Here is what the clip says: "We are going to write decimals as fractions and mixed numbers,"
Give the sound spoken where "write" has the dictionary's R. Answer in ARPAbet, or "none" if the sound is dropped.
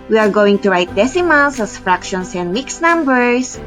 R